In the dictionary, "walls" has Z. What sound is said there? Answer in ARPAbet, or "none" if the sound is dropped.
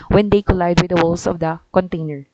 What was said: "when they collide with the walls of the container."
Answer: S